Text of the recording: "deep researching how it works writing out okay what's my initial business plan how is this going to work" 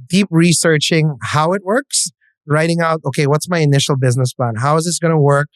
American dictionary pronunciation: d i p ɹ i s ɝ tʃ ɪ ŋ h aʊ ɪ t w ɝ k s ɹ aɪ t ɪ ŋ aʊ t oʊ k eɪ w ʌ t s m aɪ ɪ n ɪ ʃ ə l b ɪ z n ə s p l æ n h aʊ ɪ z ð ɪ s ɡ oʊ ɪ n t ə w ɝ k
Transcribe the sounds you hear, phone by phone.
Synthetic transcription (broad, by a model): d i p ɹ i s ɝ tʃ ɪ ŋ h aʊ ɪ t w ɝ k s ɹ aɪ t ɪ ŋ aʊ t oʊ k eɪ w ʌ t s m aɪ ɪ n ɪ ʃ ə l b ɪ z n ə s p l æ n h aʊ ɪ z ð ɪ s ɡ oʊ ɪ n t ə w ɝ k